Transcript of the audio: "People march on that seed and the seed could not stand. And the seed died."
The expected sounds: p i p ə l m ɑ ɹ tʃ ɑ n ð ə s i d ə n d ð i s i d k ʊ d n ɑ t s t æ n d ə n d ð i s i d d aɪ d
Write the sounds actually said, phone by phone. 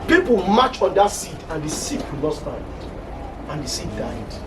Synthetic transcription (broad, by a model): p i p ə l m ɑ tʃ ɑ n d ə s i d ə n d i s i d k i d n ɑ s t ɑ d ə n d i s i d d aɪ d